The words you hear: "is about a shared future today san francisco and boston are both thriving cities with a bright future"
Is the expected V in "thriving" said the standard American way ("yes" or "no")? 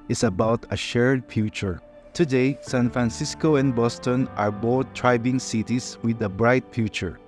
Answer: no